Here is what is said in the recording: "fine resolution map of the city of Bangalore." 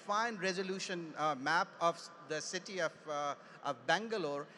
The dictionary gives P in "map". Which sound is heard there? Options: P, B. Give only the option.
P